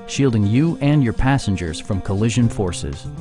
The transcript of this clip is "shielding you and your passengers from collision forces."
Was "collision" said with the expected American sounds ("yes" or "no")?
yes